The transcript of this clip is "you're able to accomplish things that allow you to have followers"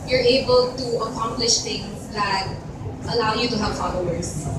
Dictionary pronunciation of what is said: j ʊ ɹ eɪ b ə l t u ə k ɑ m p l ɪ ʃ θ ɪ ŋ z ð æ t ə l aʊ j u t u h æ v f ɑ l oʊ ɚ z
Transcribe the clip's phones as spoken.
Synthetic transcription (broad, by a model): j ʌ ɹ eɪ b ə l t u ə k ɑ m p l ɪ ʃ t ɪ ŋ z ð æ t ə l aʊ j u t u h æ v f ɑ l oʊ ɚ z